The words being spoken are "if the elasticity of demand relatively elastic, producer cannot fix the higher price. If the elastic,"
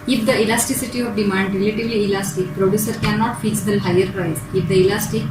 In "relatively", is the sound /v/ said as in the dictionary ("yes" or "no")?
yes